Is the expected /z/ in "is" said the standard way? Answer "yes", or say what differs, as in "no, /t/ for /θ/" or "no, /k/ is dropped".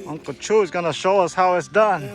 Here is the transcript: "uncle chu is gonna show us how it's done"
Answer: yes